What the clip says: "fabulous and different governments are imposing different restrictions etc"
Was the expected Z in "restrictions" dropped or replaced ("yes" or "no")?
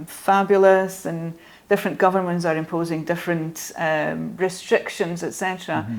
no